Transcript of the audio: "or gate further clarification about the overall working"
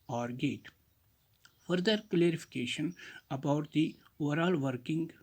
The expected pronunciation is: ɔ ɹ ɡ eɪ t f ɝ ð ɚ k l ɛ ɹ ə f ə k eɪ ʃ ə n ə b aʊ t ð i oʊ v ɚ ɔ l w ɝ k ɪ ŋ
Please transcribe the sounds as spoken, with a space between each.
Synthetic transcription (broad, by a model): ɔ ɹ ɡ eɪ t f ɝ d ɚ k l ɛ ɹ ə f ə k eɪ ʃ ə n ə b aʊ t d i oʊ v ɚ ɔ l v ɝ k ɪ ŋ